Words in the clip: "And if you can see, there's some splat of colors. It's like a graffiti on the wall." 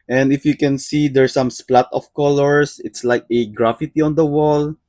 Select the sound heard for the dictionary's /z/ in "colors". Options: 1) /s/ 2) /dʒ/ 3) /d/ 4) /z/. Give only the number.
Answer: 1